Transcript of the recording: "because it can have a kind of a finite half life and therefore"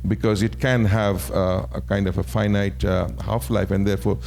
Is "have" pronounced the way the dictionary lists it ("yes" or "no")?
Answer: yes